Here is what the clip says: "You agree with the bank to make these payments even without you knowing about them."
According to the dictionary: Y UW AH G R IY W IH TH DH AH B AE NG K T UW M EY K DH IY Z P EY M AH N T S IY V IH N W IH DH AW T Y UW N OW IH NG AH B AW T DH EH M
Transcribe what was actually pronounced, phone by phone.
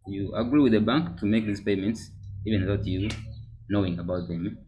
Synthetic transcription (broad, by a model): Y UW AH G R IY W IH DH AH B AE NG K T UW M EY K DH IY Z P EY M AH N T S IY V IH N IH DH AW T Y UW N OW IH NG AH B AW T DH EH M